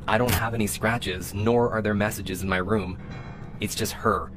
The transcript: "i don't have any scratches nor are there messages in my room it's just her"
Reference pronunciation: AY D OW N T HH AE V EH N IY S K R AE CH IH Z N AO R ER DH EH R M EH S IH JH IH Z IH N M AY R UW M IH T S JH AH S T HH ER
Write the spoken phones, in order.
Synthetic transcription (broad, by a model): AY D OW N T HH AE V EH N IY S K R AE CH IH Z N AO R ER DH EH R M EH S IH JH IH Z IH N M AY R UW M IH T S JH AH S T HH ER